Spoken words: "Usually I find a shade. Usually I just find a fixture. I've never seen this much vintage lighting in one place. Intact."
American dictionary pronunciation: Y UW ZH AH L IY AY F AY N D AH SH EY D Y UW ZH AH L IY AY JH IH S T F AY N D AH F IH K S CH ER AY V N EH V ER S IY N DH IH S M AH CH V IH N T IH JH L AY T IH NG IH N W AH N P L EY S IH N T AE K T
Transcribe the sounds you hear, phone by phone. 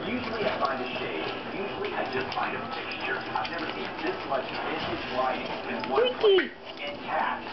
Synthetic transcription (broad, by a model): Y UW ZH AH L IY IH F AY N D AH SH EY Y UW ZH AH L IY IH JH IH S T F AY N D AH P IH K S CH ER AY V N EH V ER S IY N DH IH S M AH CH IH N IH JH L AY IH IH N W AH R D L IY IH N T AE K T